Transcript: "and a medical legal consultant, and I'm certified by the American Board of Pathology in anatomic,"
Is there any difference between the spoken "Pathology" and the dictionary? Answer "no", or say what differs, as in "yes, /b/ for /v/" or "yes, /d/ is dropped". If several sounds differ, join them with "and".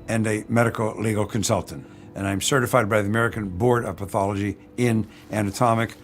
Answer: no